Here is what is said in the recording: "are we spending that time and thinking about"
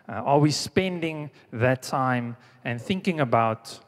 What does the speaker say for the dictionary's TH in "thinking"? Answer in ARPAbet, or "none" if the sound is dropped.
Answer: TH